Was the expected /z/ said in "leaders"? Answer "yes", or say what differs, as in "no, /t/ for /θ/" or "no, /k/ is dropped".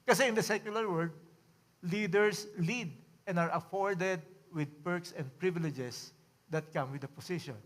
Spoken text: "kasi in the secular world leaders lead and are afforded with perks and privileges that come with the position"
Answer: no, /s/ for /z/